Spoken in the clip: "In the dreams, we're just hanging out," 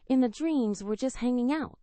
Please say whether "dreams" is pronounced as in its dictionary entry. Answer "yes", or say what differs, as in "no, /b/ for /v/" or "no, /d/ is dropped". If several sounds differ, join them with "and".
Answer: yes